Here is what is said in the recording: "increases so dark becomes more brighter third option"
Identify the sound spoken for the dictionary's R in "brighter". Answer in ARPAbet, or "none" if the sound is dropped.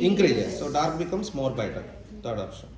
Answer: none